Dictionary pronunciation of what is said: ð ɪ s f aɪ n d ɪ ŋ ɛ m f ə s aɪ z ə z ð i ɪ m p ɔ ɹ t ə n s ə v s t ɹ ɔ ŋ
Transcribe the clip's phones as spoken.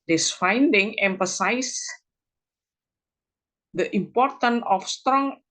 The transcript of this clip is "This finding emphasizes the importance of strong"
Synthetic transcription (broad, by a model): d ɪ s f aɪ n d ɪ ŋ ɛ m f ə s aɪ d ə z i m p ɔ ɹ t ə n ə f s t ɹ ɔ ŋ